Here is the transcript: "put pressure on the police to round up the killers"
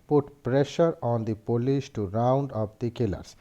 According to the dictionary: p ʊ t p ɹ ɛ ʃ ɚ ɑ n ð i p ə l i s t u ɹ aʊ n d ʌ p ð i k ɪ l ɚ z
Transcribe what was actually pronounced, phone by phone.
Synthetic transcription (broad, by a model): p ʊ t p ɹ ɛ ʃ ɚ ɑ n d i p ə l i ʃ t u ɹ aʊ n d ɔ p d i k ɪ l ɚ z